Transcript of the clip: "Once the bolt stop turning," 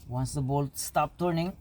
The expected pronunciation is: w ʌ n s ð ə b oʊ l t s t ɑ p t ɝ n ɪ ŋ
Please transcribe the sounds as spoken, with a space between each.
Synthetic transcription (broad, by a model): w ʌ n s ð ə b oʊ l t s t ɑ p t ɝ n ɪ ŋ